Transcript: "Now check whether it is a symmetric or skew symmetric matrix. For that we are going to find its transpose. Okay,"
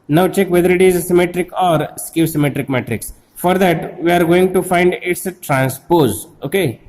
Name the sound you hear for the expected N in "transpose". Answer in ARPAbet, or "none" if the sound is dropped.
N